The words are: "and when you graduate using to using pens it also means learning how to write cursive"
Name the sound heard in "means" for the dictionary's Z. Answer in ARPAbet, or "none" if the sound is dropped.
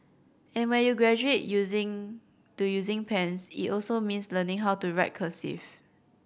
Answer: S